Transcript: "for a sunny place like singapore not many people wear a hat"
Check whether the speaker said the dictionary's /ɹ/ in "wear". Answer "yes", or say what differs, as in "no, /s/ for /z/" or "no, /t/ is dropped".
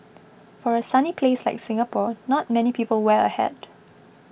no, /l/ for /ɹ/